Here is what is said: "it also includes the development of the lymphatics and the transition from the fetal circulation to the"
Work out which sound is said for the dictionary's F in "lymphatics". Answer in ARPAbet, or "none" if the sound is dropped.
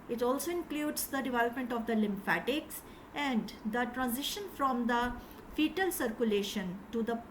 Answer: F